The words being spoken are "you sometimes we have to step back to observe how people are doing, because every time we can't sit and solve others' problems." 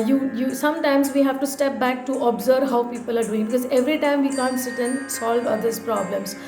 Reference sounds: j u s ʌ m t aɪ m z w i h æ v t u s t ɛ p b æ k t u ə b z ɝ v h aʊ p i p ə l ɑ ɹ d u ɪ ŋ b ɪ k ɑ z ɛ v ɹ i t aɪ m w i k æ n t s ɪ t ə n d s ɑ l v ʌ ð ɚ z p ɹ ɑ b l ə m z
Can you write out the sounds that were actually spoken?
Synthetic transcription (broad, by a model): j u s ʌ m t aɪ m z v i h æ v t u s t ɛ p b æ k t u ə b z ɝ v h aʊ p i p ə l ɑ ɹ d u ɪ ŋ b ɪ k ɑ z ɛ v ɹ i t aɪ m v i k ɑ n t s ɪ t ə n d s ɑ l v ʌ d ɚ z p ɹ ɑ b l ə m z